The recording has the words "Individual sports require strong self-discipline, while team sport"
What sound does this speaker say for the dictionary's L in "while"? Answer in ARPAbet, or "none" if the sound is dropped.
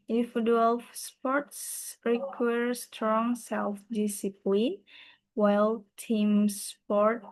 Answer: L